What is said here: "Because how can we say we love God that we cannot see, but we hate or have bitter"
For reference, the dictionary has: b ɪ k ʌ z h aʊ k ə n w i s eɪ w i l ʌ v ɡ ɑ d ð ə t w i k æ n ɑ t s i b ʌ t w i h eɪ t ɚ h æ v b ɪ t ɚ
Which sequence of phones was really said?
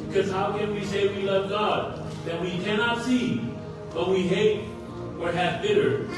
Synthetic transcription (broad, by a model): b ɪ k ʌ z h aʊ k ə n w i s eɪ w i l ʌ v ɡ ɑ d ð ə t w i k æ n ɑ t s i b ʌ t w i h eɪ t ɚ h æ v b ɪ t ɚ